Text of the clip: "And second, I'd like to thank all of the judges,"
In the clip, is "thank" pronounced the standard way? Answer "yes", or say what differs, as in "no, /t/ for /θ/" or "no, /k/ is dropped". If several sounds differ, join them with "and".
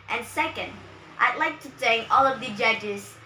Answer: no, /s/ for /θ/